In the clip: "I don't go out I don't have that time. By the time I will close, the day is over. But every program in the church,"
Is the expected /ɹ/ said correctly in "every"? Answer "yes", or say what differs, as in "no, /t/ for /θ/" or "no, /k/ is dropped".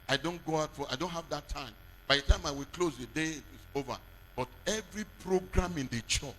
yes